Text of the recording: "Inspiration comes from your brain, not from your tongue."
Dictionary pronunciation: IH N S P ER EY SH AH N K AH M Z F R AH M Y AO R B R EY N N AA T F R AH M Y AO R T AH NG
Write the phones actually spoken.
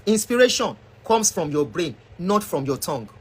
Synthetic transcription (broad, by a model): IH N S P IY EY SH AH N K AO M S F R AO M Y AO B R EY N N AA T F R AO M Y AO T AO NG